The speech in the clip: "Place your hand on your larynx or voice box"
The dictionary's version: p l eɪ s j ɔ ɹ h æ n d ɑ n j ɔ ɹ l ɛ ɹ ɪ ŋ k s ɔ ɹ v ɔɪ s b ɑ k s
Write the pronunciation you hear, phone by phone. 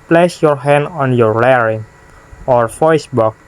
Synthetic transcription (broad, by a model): p l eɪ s j ɔ ɹ h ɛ n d ɑ n j ɔ ɹ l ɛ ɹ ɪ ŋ ɔ ɹ f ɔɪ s b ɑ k